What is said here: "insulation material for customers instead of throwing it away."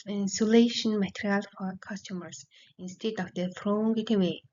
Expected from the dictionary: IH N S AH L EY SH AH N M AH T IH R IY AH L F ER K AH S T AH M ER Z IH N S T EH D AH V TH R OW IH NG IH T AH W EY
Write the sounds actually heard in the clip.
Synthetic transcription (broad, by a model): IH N S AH L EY SH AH N M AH T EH R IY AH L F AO K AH S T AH M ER S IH N S T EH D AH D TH R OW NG IH T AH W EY